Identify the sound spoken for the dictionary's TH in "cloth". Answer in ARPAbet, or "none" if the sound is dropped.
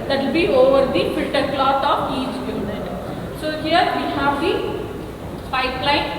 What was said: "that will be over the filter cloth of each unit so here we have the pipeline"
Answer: S